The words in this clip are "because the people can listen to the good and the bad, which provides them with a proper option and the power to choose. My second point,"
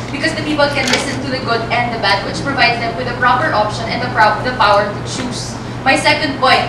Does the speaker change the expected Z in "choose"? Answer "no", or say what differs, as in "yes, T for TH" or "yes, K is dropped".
yes, S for Z